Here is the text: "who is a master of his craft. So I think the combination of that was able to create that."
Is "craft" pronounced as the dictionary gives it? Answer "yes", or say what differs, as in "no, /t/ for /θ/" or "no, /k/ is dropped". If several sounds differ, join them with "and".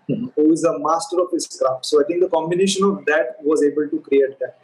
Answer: no, /f/ is dropped